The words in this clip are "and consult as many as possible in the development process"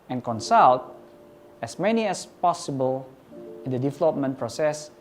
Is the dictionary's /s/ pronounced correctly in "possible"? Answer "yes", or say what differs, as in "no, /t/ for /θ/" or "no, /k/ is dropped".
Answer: yes